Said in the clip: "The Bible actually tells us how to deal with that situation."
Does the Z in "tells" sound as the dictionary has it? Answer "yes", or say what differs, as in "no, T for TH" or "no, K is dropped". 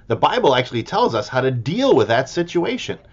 yes